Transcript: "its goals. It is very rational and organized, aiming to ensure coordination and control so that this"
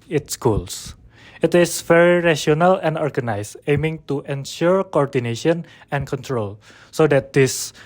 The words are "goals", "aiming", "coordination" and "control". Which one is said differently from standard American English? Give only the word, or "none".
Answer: goals